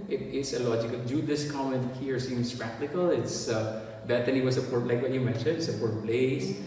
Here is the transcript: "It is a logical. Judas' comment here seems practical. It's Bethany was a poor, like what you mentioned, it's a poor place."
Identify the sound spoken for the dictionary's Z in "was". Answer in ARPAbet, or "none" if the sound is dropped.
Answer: S